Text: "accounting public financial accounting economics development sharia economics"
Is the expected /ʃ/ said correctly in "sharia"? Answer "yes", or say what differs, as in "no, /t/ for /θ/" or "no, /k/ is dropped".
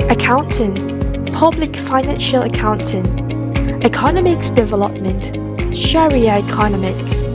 yes